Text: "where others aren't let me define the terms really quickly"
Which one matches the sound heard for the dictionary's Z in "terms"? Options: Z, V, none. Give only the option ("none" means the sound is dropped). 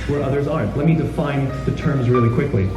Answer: Z